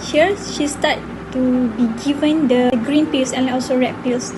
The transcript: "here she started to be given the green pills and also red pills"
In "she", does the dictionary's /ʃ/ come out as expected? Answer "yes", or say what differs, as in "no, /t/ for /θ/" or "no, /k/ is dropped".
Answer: yes